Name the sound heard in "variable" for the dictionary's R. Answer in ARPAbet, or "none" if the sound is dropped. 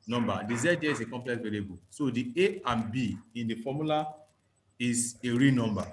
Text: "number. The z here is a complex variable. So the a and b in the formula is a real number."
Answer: L